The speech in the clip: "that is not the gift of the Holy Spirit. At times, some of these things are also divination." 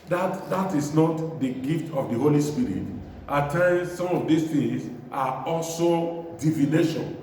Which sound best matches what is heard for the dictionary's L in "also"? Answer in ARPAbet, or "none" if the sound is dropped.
L